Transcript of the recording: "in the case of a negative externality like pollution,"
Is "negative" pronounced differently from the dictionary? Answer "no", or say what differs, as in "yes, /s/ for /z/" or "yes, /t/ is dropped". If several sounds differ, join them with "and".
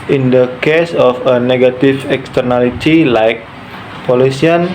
yes, /f/ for /v/